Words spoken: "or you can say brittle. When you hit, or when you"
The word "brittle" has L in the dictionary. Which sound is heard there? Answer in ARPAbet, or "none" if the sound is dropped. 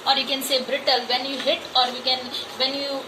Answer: L